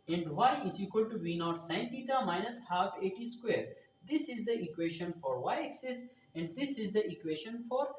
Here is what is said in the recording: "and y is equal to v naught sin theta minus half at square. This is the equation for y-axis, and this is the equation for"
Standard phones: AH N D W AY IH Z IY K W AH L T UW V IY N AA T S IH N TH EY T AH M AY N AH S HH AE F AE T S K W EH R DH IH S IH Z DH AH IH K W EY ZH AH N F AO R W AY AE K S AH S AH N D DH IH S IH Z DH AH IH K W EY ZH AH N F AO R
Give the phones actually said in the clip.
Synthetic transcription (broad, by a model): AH N D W AY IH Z IY K W AH L T UW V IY N AA T S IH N T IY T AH M AY N AH S HH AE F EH T S K W EH R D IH S IH Z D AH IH K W EY SH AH N F AO R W AY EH K S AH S AH N D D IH S IH Z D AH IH K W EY SH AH N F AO R